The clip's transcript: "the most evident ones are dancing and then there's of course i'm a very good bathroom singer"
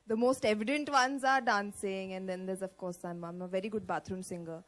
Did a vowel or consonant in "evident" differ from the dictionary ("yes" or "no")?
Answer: no